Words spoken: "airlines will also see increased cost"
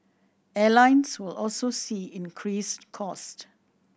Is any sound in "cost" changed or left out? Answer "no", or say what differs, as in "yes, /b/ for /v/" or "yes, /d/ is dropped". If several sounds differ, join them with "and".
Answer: no